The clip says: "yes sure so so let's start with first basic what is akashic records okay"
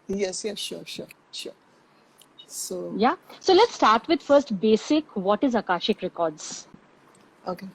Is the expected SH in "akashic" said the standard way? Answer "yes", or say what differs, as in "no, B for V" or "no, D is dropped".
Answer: yes